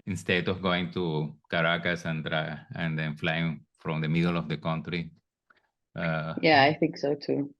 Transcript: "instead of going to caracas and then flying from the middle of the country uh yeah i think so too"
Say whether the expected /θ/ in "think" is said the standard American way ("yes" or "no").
yes